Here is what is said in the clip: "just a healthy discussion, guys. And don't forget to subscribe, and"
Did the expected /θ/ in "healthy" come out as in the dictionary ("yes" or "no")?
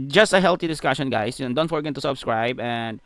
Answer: no